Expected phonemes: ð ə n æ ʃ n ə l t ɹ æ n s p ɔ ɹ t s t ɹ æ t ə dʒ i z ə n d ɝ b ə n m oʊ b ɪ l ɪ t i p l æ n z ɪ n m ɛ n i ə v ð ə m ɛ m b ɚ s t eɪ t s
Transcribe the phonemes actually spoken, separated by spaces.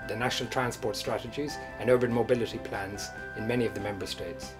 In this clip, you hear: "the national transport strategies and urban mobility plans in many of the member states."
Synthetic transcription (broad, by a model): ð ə n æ ʃ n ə l t ɹ æ n s p ɔ ɹ t s t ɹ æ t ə dʒ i z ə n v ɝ ə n m oʊ b ɪ l ɪ t i p l æ n z ɪ n m ɛ n i ə v ð ə m ɛ m b ɚ s t eɪ t s